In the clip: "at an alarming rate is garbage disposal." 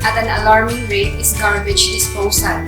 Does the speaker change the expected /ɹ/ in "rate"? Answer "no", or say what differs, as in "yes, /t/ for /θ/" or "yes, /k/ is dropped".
no